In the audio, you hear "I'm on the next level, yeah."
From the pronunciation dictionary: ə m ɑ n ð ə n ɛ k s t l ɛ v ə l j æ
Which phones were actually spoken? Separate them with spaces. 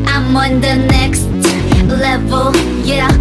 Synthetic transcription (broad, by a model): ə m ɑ n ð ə n ɛ k s t l ɛ v ə l j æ